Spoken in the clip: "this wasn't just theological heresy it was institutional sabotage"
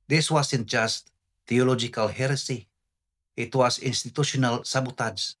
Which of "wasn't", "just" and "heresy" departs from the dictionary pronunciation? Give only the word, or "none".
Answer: wasn't